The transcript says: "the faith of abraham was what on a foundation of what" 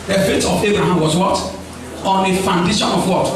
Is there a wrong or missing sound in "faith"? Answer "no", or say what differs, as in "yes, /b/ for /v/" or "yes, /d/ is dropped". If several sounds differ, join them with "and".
yes, /t/ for /θ/